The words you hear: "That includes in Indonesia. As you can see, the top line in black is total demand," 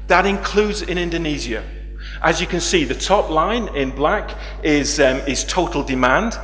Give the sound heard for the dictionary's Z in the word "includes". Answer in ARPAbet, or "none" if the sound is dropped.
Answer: Z